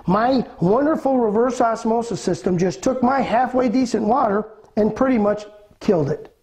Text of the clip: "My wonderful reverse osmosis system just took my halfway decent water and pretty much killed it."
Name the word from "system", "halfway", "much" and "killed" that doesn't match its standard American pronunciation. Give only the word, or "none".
none